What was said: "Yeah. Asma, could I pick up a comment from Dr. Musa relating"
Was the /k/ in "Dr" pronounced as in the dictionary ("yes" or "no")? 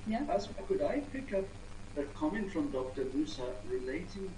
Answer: yes